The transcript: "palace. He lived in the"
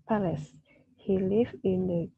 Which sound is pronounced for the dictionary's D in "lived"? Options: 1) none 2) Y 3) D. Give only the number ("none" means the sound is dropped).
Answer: 1